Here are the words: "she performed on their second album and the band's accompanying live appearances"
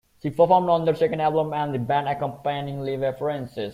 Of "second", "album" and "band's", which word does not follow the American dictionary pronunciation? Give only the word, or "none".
band's